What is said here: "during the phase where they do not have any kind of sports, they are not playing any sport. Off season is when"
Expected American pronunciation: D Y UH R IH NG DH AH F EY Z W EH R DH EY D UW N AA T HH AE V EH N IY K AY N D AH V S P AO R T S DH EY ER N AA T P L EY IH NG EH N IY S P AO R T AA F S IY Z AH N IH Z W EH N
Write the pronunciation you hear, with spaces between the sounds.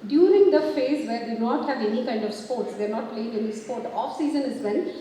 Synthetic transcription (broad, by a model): D Y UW R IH NG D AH F EY Z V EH R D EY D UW N AA T HH AE V EH N IY K AY N D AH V S P AO R T S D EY ER N AA T P L EY IH NG EH N IY S P AO R T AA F S IY Z AH N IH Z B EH N